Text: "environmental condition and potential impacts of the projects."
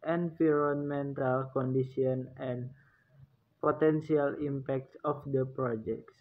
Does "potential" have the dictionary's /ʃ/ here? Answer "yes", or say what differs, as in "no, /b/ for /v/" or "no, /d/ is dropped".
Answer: no, /s/ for /ʃ/